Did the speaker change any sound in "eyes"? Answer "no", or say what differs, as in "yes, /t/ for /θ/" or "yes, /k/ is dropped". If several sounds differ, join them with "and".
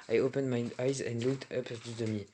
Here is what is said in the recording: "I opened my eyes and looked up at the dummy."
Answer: no